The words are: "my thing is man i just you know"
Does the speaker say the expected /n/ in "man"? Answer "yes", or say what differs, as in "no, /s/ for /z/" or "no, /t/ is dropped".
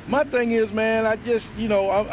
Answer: yes